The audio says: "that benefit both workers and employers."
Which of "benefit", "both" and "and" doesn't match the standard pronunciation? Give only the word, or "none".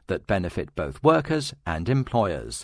none